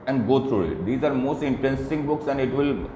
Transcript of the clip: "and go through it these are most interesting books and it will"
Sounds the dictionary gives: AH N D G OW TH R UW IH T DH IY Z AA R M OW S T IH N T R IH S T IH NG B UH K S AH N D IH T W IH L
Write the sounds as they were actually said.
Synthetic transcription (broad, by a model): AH N D G OW T R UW IH T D IY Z AA R M OW S T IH N T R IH S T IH NG B UH K S AH N D IH T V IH L